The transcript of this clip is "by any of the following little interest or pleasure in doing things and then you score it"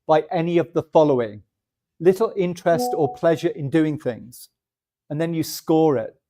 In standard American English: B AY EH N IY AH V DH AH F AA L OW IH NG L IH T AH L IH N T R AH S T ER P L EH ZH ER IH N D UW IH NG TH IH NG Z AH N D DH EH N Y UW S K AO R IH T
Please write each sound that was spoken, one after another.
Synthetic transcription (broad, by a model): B AY EH N IY AH V DH AH F AA L OW IH NG L IH T L IH N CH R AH S T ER P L EH ZH ER IH N D UW IH NG TH IH NG Z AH N DH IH N Y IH S K AO R IH T